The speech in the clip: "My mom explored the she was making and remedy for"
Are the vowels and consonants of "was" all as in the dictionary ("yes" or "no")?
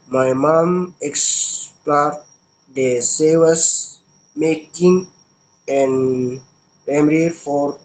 no